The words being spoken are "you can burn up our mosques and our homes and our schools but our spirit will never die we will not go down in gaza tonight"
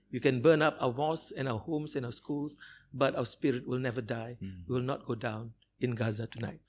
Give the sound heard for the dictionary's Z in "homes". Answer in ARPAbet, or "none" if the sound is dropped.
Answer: S